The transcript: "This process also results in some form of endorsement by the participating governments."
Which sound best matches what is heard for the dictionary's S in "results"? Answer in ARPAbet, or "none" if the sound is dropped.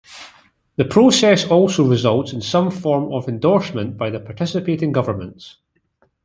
S